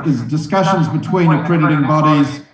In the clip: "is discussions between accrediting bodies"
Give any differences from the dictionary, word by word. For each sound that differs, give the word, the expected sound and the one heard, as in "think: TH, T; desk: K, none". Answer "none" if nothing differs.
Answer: none